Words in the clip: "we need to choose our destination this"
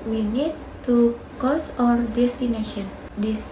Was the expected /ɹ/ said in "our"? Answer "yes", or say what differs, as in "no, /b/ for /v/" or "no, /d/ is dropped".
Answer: yes